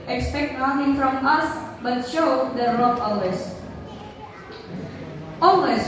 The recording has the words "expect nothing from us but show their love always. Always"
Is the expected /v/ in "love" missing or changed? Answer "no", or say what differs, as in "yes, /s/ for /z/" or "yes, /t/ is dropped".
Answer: yes, /p/ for /v/